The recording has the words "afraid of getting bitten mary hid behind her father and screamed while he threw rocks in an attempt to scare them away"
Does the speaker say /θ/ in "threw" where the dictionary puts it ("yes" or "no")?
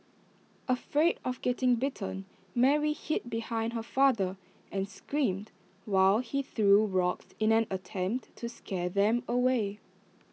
yes